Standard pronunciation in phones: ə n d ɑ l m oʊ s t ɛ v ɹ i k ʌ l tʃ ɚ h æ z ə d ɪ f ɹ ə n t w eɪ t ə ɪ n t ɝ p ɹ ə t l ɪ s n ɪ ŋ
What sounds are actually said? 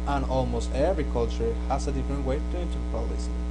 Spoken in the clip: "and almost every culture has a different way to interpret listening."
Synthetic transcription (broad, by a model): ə n ɑ l m oʊ s t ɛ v ɹ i k ʌ l tʃ ɚ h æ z ə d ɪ f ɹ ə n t w eɪ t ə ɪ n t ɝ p ə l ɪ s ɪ